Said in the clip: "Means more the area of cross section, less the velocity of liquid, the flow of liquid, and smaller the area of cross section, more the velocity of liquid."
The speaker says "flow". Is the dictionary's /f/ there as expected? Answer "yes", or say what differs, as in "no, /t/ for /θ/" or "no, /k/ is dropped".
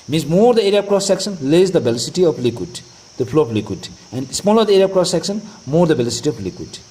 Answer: no, /p/ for /f/